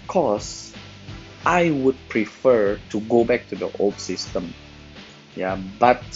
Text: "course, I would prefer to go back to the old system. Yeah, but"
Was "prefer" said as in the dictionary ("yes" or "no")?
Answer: yes